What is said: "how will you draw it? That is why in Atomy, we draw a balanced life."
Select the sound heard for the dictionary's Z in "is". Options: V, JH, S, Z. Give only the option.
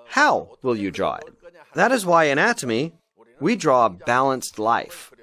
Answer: Z